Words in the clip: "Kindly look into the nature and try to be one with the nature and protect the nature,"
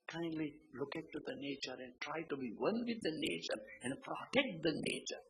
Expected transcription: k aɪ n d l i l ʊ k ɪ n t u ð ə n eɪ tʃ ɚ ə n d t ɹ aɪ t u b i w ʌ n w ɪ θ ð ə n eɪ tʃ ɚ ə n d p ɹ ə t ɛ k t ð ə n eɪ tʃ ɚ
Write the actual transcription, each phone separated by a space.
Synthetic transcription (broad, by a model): k aɪ n d l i l ʊ k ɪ t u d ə n eɪ tʃ ɚ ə n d t ɹ aɪ t u b i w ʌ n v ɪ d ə n eɪ tʃ ɚ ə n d p ɹ ə t ɛ k t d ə n eɪ tʃ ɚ